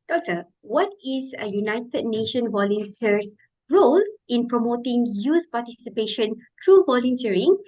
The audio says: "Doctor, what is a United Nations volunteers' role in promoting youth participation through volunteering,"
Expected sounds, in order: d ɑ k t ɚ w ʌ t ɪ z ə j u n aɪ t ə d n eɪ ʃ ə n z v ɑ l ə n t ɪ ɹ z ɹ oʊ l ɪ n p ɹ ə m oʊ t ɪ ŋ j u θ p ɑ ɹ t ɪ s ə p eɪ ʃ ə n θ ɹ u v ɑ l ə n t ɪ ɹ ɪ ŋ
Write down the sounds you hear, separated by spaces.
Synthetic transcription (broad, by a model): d ɑ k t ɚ w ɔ t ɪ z ə j u n aɪ t ə d n eɪ ʃ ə n v ɑ l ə n t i ɹ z ɹ oʊ l ɪ n p ɹ ə m oʊ t ɪ ŋ j u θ p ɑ t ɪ s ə p eɪ ʃ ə n t ɹ u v ɑ l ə n t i ɹ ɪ ŋ